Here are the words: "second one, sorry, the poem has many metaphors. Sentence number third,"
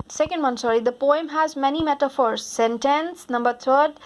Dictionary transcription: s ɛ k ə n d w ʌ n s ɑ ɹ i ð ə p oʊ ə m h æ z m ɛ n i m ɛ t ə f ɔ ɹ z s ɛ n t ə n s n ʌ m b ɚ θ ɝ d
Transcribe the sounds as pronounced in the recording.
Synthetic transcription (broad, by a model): s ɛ k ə n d w ʌ n s ɑ ɹ i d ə p oʊ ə m h æ z m ɛ n i m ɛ t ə f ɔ ɹ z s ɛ n t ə n s n ʌ m b ɚ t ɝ d